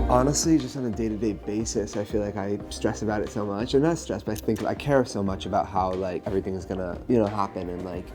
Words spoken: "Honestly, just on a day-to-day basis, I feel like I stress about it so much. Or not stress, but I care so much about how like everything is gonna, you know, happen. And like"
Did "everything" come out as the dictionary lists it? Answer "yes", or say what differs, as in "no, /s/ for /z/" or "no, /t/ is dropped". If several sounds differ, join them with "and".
yes